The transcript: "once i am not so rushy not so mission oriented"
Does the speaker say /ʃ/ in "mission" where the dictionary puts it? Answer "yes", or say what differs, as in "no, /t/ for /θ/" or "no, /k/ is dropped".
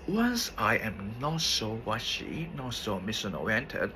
no, /s/ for /ʃ/